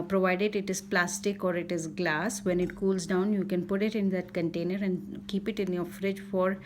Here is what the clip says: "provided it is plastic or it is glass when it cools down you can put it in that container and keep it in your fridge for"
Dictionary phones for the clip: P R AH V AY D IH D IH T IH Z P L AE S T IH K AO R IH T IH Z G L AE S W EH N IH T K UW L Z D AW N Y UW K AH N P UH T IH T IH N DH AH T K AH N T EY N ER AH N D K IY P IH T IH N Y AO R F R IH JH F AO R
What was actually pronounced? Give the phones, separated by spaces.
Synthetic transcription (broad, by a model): P R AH V AY D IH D IH T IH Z P L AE S T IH K AO R IH T IH Z G L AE S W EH N IH T K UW L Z D AW N Y UW K AH N P UH T IH T IH N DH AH T K AH N T EY N ER AH N D K IY P IH T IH N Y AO F R IH JH F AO R